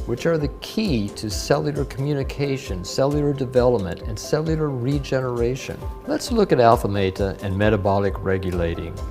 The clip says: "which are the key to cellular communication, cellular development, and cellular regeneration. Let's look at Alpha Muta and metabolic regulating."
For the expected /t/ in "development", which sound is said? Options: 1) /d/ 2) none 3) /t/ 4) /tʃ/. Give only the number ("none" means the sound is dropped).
3